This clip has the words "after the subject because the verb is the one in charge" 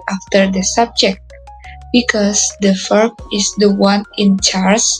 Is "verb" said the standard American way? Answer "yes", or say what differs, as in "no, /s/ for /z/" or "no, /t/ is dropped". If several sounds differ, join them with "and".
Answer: no, /f/ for /v/